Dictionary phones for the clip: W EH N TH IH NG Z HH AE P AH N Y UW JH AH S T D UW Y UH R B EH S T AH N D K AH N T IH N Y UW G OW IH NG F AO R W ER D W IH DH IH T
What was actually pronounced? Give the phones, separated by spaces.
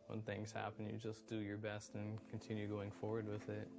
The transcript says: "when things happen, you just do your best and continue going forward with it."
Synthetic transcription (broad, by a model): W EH N TH IH NG Z HH AE P AH N Y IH JH AH S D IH Y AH R B EH S T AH N K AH N T IH N Y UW G OW IH NG F AO R W ER D W IH DH IH T